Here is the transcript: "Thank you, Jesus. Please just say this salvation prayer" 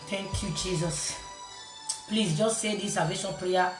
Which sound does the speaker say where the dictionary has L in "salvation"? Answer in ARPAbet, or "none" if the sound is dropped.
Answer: none